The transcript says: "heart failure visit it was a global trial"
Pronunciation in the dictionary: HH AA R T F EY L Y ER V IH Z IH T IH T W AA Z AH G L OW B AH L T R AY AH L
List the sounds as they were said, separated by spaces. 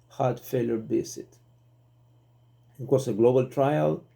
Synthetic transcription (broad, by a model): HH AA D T F EY L Y ER B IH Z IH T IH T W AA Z AH G L OW B AH L T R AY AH L